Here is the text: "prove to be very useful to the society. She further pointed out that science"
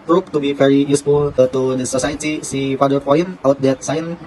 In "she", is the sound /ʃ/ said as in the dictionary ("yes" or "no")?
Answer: no